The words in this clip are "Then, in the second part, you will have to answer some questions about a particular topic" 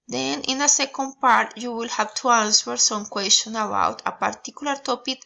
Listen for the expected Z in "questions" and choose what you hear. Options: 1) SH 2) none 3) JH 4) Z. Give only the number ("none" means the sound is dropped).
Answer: 2